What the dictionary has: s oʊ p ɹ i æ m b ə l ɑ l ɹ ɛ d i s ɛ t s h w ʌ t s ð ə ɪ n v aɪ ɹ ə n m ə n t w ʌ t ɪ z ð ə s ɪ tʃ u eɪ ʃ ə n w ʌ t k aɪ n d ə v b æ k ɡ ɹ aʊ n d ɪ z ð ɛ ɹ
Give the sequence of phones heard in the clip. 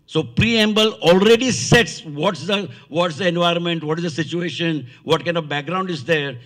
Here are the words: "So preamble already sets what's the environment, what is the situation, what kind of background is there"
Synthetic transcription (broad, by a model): s oʊ p ɹ i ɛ m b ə l ɑ l ɹ ɛ d i s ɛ t s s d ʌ t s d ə ɪ n v aɪ ɹ ə n m ə n t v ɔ t ɪ z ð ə s ɪ tʃ u eɪ ʃ ə n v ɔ t k aɪ n d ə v b æ k ɡ ɹ aʊ n d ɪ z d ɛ ɹ